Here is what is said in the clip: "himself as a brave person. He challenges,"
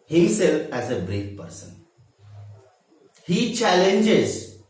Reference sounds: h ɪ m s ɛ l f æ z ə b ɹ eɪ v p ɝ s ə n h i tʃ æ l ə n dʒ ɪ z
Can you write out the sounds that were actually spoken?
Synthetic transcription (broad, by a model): h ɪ m s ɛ l f æ z ə b ɹ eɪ f p ɝ s ə n h i tʃ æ l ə n dʒ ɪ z